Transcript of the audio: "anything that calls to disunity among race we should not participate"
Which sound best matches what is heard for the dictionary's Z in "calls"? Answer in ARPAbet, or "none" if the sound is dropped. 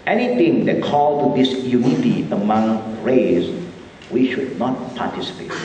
none